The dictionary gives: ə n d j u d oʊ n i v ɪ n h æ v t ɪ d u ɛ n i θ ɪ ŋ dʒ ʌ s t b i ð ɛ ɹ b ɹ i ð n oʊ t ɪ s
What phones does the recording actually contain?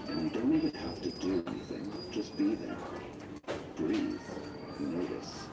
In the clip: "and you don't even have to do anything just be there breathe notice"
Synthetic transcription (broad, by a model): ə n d d oʊ n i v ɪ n h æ f t ɪ d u ɛ n i θ ɪ ŋ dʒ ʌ s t b i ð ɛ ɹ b ɹ i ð n oʊ t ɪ s